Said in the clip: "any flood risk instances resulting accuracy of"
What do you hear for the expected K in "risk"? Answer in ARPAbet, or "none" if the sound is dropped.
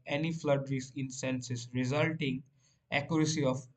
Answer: none